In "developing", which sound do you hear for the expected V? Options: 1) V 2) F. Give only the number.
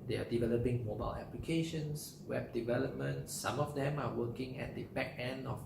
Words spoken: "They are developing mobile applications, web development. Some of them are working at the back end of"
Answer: 1